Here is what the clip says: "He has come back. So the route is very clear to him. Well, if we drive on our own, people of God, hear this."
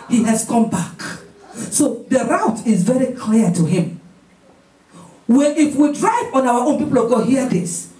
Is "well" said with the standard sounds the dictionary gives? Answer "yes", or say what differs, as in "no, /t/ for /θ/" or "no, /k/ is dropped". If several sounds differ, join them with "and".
no, /n/ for /l/